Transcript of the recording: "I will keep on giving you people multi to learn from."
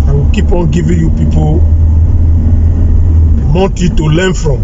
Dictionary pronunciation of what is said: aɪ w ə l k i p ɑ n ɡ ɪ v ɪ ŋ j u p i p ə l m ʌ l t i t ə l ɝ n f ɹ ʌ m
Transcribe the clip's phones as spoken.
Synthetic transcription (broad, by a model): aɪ w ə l k i p ɑ n ɡ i v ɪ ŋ j u p i p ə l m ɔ n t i t ə l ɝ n f ɹ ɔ m